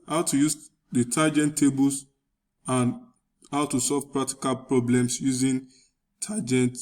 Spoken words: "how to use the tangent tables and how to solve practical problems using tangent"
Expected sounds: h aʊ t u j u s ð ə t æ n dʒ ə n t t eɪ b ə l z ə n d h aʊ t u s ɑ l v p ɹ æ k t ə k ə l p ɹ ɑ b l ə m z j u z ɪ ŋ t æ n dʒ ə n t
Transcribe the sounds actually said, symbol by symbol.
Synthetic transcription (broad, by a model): h aʊ t u j u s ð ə t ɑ dʒ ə n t t eɪ b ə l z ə n h aʊ t u s ɑ l v p ɹ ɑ k t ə k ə l p ɹ ɑ b l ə m s j u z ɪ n t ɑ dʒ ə n t